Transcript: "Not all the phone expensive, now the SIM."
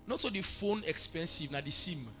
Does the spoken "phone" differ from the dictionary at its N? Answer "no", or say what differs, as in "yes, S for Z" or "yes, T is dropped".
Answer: no